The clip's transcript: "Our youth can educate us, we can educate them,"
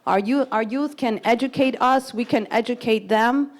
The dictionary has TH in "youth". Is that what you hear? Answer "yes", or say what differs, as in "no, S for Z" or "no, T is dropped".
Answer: yes